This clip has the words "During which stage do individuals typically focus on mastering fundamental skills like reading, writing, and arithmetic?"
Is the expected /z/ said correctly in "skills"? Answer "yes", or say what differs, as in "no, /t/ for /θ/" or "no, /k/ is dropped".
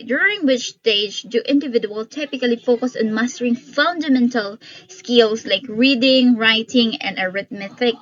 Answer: no, /s/ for /z/